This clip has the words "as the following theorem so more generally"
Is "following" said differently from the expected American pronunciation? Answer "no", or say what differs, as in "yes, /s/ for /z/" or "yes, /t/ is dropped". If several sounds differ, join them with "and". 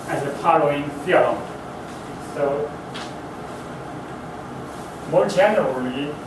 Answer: yes, /p/ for /f/